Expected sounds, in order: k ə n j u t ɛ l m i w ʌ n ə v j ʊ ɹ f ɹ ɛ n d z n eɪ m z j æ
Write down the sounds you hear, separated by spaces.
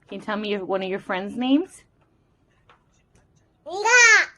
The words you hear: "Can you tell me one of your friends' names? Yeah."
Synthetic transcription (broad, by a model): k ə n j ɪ t ɛ l m i w ʌ n ə v j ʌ ɹ f ɹ ɛ n d z n eɪ m z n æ